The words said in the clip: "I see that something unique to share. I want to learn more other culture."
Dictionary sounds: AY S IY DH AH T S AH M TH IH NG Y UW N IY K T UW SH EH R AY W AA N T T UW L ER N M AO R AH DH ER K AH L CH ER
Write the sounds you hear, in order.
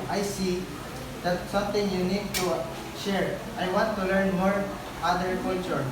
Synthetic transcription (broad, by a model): AY S IY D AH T S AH M T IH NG Y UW N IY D T UW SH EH R AY W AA N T T UW L ER N M AO R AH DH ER K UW L CH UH